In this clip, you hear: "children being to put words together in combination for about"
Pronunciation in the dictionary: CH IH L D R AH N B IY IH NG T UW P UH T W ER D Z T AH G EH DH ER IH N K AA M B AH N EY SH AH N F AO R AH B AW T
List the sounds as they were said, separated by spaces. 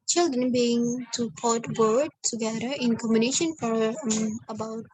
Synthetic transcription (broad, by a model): CH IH L D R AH N B IY IH NG T UW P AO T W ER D T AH G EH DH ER IH N K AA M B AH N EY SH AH N F AO R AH B AW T